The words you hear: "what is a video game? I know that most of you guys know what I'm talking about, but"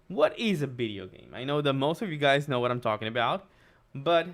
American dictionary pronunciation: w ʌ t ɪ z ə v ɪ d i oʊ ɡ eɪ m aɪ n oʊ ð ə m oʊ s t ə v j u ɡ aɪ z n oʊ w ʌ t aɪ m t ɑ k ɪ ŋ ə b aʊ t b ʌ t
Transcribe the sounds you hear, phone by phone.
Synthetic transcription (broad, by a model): w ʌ t ɪ z ə v ɪ d i oʊ ɡ eɪ m aɪ n oʊ ð ə m oʊ s t ə v j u ɡ aɪ z n oʊ w ʌ t aɪ m t ɑ k ɪ ŋ ə b aʊ t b ʌ t